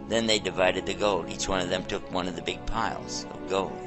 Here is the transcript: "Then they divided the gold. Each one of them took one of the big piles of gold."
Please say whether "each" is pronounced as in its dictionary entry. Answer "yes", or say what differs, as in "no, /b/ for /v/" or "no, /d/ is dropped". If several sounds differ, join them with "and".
yes